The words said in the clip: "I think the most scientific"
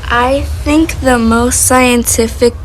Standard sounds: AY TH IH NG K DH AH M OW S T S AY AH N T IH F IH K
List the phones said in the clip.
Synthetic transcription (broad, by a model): AY TH IH NG K DH AH M OW S T S AY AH N T IH F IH K